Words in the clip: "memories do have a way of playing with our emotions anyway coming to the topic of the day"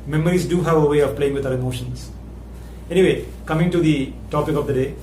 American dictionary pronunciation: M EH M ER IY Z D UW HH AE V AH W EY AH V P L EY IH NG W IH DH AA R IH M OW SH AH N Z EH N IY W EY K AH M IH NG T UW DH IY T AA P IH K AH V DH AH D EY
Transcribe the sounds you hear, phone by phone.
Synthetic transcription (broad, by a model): M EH M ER IY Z D UW HH AE V AH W EY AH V P L EY IH NG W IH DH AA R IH M OW SH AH N S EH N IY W EY K AH M IH NG T UW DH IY T AA P IH K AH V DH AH D EY